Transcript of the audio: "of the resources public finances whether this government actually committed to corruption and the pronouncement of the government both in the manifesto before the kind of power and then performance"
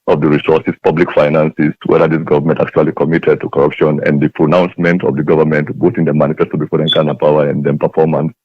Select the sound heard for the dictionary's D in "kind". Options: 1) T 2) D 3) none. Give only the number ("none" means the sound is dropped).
3